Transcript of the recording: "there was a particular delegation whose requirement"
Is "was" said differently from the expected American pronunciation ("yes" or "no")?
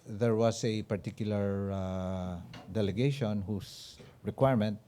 yes